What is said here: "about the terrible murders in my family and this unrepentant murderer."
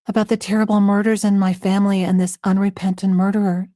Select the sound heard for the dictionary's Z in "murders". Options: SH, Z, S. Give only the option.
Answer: Z